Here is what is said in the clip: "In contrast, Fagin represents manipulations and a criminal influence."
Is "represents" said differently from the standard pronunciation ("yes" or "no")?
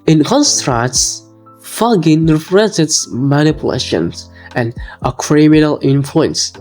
yes